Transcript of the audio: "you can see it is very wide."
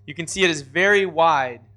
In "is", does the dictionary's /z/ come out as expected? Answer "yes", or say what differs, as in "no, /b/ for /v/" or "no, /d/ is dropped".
yes